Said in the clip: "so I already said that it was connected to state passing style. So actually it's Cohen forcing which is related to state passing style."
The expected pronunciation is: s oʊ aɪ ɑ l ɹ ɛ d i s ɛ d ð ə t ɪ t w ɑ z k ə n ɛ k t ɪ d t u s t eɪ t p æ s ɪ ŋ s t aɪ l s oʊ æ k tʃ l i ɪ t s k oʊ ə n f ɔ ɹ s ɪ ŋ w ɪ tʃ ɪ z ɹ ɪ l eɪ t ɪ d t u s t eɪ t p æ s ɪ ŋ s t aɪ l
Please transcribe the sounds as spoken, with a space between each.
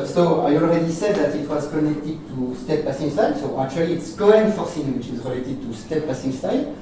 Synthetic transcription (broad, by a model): s oʊ aɪ ɑ l ɹ ɛ d i s ɛ d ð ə t ɪ t w ɑ z k ə n ɛ k t ɪ d t u s t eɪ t p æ s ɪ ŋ s t aɪ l s oʊ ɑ k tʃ w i ɪ t s k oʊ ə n f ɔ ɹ s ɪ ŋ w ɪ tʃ ɪ z ɹ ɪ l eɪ t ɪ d t u s t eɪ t p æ s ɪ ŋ s t aɪ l